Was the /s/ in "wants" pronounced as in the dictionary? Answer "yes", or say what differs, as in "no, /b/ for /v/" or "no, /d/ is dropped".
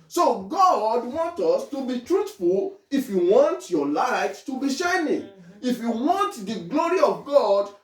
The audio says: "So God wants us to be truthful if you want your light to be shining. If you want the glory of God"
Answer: no, /s/ is dropped